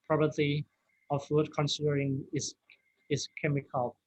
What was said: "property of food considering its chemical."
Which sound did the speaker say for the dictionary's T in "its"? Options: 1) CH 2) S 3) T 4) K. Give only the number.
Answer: 2